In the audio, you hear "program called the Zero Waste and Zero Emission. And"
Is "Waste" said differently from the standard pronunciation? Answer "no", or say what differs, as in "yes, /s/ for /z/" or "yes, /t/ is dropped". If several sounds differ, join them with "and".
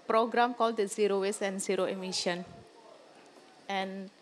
yes, /t/ is dropped